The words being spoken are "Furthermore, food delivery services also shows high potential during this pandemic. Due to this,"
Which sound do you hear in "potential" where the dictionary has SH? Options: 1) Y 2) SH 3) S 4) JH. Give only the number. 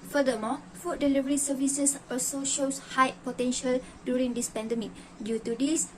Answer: 2